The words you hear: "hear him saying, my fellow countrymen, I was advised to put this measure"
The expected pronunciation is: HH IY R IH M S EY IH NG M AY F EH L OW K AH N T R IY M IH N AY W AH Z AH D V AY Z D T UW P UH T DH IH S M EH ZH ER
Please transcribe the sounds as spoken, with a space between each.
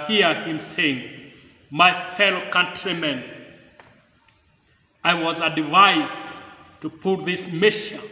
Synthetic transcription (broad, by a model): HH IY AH IH M S EY IH NG M AY F EH L OW K AH N T R IY M IH N AY W AH Z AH D V AY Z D T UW P UH T DH IH S M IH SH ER